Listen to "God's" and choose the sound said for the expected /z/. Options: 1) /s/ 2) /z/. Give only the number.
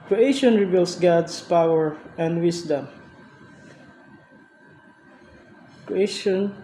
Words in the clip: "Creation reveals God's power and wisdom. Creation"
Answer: 1